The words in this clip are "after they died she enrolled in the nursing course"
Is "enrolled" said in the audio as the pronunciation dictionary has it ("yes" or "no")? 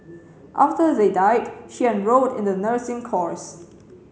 no